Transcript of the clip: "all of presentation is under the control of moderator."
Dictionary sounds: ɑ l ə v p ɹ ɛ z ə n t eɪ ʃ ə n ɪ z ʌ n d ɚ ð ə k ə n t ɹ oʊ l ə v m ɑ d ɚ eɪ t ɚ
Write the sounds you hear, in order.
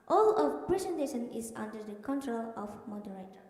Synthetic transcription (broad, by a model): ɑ l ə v p ɹ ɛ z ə n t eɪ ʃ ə n ɪ z ʌ n d ɚ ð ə k ə n t ɹ oʊ l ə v m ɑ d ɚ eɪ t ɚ